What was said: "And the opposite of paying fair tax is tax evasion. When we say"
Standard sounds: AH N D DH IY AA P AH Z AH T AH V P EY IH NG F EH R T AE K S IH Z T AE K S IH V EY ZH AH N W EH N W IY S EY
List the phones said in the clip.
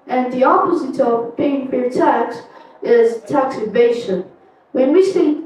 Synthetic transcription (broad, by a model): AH N DH IY AA P AH Z AH T AH V B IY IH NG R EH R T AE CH IH Z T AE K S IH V EY SH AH N W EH N W IY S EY